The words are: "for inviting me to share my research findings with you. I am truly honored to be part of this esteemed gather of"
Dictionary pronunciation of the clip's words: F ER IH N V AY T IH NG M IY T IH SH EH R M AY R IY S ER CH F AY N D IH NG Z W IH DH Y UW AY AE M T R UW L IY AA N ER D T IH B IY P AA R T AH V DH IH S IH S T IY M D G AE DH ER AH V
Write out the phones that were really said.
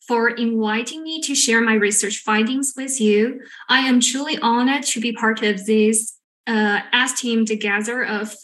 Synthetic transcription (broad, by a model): F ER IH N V AY T IH NG M IY T IH SH EH R M AY R IY S ER CH F AY N D IH NG Z W IH DH Y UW AY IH M T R UW L IY AA N ER D T IH B IY P AA R T AH V DH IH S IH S T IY M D G AE DH ER AH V